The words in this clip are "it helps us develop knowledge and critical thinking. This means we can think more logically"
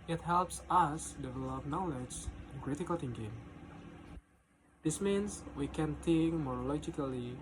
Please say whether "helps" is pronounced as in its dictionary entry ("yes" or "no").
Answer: yes